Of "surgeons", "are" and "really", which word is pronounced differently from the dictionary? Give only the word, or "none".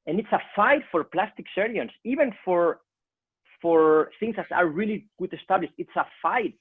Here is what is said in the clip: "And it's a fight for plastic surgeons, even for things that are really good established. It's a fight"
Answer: surgeons